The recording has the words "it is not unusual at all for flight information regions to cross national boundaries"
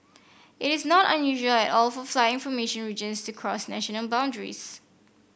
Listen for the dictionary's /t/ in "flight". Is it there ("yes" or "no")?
no